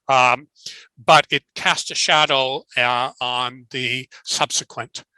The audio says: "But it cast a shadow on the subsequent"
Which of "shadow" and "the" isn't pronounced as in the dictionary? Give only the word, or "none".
none